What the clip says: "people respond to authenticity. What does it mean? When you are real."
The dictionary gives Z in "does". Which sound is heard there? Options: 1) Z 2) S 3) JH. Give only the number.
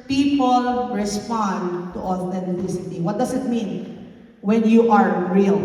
2